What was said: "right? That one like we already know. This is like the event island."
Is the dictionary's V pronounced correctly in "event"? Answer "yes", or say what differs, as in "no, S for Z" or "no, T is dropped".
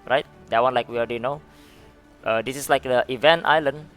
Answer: yes